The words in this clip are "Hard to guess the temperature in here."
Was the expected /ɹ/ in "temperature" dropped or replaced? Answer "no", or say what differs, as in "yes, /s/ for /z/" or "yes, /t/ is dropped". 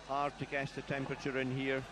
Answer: no